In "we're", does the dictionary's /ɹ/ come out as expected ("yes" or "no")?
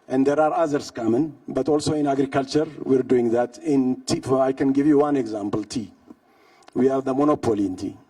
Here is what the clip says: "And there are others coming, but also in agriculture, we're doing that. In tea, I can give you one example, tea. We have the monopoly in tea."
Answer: yes